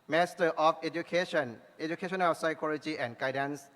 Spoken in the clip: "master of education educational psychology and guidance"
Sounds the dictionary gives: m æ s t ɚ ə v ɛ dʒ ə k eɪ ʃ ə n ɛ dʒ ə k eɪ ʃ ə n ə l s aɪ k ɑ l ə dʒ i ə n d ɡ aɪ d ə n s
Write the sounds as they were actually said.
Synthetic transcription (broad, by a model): m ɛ s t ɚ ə f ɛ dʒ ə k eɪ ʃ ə n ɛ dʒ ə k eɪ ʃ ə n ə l s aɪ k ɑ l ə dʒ i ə n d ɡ aɪ d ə n s